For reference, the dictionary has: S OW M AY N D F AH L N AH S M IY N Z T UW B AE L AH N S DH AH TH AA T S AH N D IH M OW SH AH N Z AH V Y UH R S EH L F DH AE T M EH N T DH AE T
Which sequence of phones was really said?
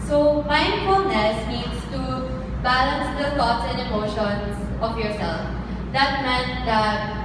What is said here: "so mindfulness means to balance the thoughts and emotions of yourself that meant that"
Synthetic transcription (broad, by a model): S OW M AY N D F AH N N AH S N IY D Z T UW B AE L AH N S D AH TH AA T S AH N D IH M OW SH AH N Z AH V Y UH R S EH L F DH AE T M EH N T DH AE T